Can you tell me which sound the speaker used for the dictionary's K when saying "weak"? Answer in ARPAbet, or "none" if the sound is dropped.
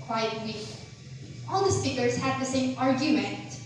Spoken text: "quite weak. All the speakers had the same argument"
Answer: none